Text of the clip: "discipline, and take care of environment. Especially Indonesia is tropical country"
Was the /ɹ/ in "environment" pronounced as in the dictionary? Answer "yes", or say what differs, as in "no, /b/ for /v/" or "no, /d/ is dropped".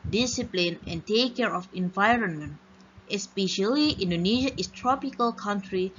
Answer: yes